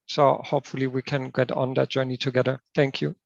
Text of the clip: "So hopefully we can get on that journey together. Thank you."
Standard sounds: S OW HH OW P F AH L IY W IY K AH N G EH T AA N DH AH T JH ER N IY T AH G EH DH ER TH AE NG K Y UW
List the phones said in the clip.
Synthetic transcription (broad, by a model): S OW HH OW P F AH L IY W IY K AH N G EH T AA N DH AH T JH ER N IY T AH G EH DH ER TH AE NG K Y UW